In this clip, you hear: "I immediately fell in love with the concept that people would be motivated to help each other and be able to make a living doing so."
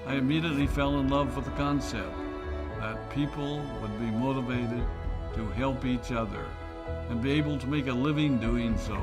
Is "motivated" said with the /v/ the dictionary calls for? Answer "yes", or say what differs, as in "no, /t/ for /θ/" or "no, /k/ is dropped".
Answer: yes